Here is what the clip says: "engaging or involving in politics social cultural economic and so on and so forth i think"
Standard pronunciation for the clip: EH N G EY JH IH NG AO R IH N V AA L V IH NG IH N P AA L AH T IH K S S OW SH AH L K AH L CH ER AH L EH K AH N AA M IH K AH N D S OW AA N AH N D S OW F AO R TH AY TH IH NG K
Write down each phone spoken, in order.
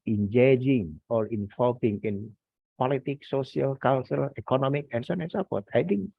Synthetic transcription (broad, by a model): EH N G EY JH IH NG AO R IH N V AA L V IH NG IH N P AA L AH T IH K S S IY AH L K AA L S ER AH L EH K AH N AA M IH K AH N S OW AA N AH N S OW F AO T AY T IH NG K